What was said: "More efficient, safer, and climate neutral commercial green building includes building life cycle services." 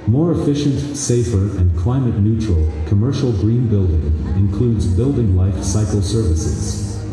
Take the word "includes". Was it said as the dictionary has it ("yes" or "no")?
yes